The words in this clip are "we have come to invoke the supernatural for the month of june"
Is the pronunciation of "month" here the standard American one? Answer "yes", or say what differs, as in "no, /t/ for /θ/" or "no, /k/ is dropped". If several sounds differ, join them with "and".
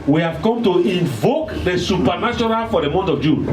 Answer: no, /t/ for /θ/